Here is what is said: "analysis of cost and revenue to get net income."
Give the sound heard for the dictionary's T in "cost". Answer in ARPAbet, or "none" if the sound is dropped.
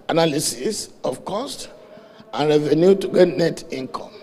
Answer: T